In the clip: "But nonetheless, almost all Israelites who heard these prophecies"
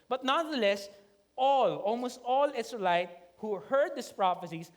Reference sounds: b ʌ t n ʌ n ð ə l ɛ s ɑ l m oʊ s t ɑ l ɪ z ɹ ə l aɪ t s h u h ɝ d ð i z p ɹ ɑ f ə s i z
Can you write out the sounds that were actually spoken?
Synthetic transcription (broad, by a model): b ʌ t n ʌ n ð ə l ɛ s ɑ l m oʊ s t ɑ l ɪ s ɹ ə l aɪ t h u h ɝ d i s p ɹ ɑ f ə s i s